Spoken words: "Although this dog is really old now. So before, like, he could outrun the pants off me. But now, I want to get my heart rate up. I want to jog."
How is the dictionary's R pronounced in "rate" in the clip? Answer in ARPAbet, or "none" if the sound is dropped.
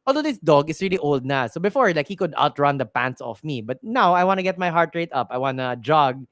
R